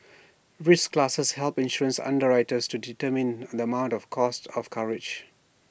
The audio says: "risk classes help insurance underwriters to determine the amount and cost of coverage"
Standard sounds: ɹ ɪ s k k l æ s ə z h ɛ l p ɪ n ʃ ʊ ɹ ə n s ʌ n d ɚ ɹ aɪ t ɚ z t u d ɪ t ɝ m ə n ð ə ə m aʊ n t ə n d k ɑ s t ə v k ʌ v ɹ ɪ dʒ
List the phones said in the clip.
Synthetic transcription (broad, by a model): ɹ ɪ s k k l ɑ s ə s h ɛ l p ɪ n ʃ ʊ ɹ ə n s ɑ n d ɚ ɹ aɪ t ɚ s t u d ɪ t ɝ m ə n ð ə ə m aʊ n t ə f k ɑ s t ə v k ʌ ɹ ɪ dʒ